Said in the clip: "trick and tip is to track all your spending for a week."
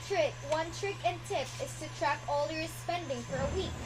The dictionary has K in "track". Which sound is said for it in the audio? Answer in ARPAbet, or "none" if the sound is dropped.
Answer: K